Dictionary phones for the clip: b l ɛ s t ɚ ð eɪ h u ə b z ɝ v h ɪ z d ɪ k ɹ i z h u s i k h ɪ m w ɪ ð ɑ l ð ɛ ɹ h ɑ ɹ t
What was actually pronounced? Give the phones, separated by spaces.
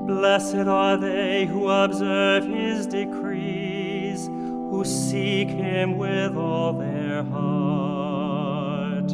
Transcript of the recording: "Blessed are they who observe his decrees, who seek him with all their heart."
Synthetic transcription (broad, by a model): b l ɛ s t ɚ ð eɪ h u ə b z ɝ v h ɪ z d ɪ k ɹ i z h u s i k h ɪ m w ɪ ð ɑ l ð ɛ ɹ h ɑ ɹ t